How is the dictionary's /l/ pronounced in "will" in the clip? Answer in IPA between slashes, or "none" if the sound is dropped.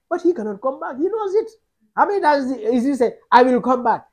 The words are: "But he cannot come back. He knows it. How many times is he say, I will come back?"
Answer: /l/